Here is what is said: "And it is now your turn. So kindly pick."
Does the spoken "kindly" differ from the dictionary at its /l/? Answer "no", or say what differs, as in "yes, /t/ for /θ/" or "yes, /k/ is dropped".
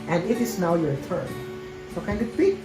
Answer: yes, /l/ is dropped